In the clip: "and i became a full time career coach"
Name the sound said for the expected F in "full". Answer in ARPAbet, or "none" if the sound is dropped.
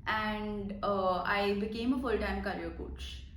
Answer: F